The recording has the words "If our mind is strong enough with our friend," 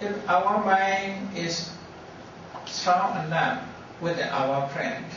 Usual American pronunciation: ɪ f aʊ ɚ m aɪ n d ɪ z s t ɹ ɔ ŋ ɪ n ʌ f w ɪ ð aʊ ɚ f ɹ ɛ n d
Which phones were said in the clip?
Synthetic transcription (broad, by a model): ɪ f aʊ ɚ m aɪ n ɪ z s t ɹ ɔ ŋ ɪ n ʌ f w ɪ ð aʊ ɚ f ɹ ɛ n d